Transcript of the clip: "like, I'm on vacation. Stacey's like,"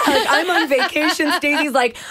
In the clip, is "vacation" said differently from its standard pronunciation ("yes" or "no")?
no